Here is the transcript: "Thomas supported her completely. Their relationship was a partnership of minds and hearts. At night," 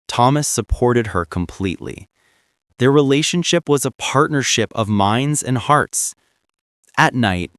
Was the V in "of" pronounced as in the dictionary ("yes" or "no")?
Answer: yes